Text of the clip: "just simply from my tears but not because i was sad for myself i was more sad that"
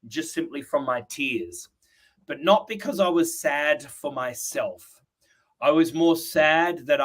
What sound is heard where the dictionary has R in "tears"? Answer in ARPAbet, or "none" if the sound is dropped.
R